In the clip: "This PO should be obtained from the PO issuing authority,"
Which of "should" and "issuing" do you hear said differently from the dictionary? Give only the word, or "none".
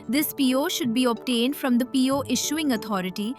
none